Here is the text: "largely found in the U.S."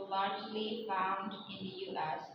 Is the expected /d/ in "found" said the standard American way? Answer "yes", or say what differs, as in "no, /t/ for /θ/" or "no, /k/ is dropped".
yes